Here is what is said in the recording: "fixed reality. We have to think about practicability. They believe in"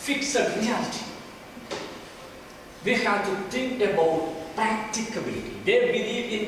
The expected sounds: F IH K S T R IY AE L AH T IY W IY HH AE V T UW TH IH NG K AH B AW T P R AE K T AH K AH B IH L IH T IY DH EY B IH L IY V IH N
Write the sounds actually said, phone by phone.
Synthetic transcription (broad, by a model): F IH K S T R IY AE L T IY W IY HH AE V T UW T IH NG K AH B AW T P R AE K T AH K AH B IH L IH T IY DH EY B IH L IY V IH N